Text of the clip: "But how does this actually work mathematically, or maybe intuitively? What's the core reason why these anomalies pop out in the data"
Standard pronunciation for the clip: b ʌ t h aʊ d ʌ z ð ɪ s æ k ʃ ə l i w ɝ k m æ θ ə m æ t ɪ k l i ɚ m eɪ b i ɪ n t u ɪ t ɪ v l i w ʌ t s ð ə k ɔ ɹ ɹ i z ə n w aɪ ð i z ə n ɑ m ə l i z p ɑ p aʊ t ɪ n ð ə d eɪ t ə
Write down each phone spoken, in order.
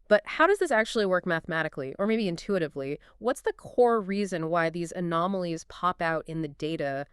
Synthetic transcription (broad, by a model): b ʌ t h aʊ d ʌ z ð ɪ s æ k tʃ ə l i w ɝ k m æ θ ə m æ t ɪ k l i ɚ m eɪ b i ɪ n t u ɪ t ɪ v l i w ʌ t s ð ə k ɔ ɹ ɹ i z ə n w aɪ ð i z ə n ɑ m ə l i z p ɑ p aʊ t ɪ n ð ə d eɪ t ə